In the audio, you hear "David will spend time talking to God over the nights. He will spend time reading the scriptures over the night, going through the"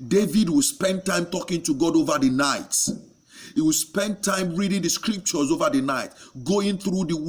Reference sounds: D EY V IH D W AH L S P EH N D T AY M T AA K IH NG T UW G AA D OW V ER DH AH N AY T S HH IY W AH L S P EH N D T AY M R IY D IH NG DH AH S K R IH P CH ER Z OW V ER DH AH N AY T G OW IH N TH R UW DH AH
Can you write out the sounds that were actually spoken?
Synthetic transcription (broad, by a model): D EY V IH D W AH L S P EH N D T AY M T AA K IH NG T UW G AA D OW V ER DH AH N AY T HH IY W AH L S P EH N D T AY M R IY D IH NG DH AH S K R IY P CH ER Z OW V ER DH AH N AY T G OW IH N TH R UW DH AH